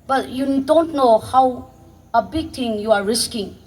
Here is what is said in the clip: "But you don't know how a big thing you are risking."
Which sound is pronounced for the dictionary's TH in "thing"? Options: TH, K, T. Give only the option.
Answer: T